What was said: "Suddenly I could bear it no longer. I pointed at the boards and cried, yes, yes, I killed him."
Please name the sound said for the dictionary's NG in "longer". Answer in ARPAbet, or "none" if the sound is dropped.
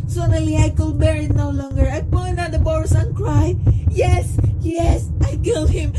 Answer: NG